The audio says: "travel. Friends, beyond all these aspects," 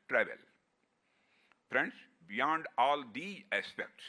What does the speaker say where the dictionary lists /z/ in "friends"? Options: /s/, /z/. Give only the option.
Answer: /s/